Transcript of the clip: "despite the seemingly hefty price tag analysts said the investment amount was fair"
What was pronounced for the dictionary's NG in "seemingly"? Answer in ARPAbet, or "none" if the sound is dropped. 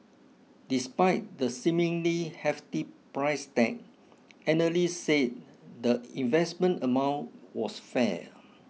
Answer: NG